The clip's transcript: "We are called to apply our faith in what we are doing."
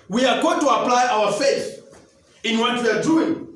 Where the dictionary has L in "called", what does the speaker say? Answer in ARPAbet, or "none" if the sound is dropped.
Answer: none